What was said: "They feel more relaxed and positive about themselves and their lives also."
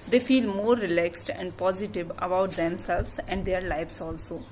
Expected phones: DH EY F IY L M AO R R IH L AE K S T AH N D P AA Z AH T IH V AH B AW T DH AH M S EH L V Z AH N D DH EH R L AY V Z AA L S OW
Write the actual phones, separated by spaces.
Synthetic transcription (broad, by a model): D EY F IY L M AO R R IH L AE K S T AH N D P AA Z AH T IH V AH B AW T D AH M S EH L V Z AH N D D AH R L AY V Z AA L S OW